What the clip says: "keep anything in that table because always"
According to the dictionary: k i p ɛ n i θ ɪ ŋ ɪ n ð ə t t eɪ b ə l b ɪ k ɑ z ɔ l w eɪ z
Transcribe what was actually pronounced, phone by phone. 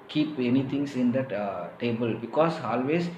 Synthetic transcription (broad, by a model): k i p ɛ n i t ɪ ŋ ɪ n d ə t t eɪ b ə l b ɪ k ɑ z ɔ l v eɪ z